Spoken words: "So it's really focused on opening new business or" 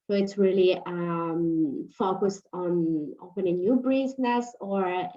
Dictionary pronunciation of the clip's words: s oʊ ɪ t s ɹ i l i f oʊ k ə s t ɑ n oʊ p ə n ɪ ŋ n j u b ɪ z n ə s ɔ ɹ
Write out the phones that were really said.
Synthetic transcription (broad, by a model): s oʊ ɪ t s ɹ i l i f oʊ k ə s t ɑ n oʊ p ə n ɪ ŋ n j u b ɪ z n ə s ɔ ɹ